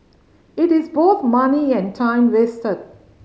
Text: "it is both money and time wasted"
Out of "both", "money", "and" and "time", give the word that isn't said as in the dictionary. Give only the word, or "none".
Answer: both